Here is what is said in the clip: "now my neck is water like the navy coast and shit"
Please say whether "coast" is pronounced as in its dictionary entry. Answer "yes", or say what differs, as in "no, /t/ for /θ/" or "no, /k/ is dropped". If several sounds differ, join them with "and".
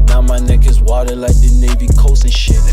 no, /t/ is dropped